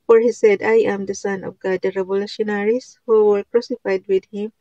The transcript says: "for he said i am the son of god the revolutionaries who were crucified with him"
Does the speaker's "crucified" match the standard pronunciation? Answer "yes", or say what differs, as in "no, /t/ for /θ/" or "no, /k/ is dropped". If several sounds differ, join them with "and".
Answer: yes